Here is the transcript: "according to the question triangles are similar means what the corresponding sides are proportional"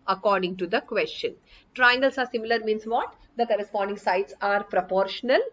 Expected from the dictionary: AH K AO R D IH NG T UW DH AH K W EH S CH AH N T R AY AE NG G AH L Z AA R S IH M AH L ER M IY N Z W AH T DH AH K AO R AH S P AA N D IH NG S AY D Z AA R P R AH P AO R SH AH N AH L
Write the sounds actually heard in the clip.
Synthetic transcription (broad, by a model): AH K AO R D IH NG T UW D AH K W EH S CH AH N T R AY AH NG G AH L S AA R S IH M AH L ER M IY N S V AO T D AH K AO R AH S P AA N D IH NG S AY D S AA R P R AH P AO R SH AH N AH L